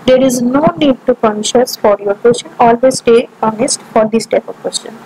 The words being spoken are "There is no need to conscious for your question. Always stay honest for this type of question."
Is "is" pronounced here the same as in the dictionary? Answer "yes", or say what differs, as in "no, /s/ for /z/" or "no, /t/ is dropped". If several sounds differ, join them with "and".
yes